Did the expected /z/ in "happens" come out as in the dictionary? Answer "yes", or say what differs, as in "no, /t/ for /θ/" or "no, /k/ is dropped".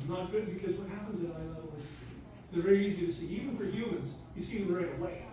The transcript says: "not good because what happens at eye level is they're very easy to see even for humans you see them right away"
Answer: yes